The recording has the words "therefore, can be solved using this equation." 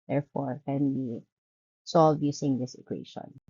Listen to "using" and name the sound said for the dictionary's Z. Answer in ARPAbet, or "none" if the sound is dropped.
S